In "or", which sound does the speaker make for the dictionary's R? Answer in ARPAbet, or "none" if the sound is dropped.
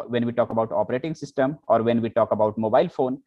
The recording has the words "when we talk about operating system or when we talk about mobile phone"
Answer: R